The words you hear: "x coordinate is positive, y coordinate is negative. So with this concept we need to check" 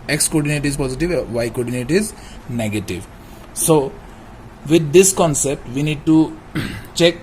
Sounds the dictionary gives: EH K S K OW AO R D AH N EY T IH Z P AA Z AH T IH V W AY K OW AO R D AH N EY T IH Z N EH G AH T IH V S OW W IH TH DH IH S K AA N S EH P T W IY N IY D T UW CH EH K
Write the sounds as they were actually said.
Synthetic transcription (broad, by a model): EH K S K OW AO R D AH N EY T IH Z P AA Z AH T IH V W AY K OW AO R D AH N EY T IH Z N EH G AH T IH V S OW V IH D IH S K AA N S EH P T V IY N IY D T UW CH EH K